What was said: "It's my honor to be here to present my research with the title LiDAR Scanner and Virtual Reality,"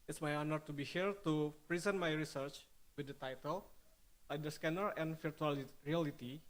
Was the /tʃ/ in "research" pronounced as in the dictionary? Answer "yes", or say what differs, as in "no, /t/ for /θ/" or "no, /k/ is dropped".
yes